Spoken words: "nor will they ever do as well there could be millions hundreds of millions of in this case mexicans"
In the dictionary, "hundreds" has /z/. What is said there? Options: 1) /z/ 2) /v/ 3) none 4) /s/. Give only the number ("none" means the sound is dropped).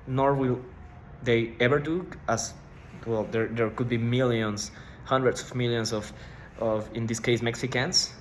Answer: 4